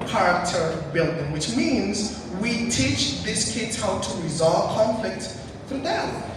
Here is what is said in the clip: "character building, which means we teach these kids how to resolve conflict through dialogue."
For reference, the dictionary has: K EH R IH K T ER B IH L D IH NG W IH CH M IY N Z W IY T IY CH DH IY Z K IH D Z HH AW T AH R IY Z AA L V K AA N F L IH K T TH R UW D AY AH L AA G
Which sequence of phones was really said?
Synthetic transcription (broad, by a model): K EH R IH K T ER B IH L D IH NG W IH CH M IY N Z W IY T IY CH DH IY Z K IH D Z HH AW T AH R IY Z AA L V K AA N F L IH K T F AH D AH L